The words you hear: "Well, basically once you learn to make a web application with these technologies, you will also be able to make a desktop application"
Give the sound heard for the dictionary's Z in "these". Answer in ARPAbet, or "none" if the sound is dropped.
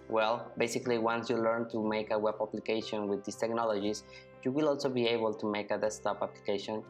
S